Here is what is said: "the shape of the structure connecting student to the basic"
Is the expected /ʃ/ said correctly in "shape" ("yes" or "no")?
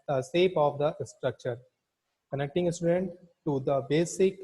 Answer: no